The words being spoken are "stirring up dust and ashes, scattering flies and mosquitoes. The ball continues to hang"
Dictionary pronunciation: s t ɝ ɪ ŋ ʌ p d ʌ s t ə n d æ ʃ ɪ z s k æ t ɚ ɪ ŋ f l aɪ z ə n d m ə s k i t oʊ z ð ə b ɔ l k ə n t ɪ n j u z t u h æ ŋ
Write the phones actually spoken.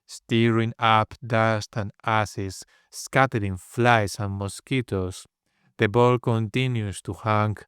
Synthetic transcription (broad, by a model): s t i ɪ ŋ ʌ p d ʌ s t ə n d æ s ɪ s k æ t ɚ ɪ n f l aɪ s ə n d m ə s k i t oʊ s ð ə b ɔ l k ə n t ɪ n j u s t u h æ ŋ